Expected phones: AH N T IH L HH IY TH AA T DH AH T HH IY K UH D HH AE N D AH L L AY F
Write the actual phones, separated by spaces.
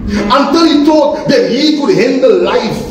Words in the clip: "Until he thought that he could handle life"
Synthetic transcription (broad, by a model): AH N T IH L HH IY T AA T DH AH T HH IY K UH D HH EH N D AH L L AY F